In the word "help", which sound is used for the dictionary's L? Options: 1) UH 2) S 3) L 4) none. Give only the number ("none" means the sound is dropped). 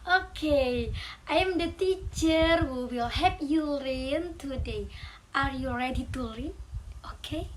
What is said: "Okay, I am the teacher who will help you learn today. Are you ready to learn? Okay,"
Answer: 4